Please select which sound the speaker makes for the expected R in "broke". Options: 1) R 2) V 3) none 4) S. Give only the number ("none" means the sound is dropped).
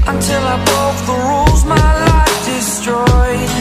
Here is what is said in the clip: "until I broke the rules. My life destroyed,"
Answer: 3